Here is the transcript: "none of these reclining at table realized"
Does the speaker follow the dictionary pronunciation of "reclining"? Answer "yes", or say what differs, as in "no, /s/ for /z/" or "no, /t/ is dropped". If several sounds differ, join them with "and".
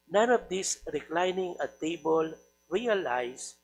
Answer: yes